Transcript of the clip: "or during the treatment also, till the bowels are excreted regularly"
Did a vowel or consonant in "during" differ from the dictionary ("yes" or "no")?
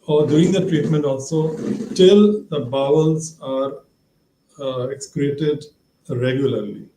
yes